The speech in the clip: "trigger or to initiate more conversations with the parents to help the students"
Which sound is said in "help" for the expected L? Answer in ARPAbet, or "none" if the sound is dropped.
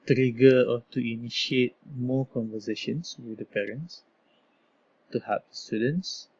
none